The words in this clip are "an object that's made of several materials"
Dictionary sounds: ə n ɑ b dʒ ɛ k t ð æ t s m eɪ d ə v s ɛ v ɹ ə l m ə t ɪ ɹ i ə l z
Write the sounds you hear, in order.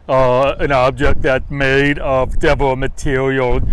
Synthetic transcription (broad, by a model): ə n ɑ b dʒ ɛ k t ð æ t m eɪ d ə v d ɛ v ə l m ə t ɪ ɹ i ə l